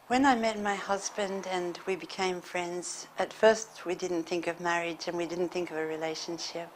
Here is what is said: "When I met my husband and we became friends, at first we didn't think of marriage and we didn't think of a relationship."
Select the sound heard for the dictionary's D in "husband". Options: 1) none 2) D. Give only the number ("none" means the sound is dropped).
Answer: 2